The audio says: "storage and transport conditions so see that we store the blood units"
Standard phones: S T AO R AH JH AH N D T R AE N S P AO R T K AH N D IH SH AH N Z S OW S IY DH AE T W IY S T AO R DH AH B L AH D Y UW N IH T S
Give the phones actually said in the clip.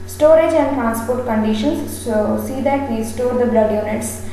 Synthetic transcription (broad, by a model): S T AO R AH JH AH N D T R AE N S P AO R T K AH N D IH SH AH N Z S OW S IY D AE T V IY S T AO R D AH B L AH D Y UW N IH T S